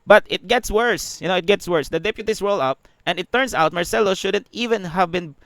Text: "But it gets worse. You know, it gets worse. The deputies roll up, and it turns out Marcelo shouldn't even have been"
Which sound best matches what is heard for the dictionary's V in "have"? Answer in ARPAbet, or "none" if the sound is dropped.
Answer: V